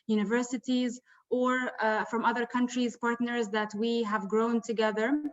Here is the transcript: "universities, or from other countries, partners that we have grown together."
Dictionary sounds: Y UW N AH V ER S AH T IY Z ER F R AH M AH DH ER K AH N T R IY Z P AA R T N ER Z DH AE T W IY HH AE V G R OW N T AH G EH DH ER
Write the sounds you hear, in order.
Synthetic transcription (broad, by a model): Y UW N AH V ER S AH T IY Z ER F R AH M AH DH ER K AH N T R IY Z P AA R T N ER Z DH AE T W IY HH AE V G R OW N T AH G EH DH ER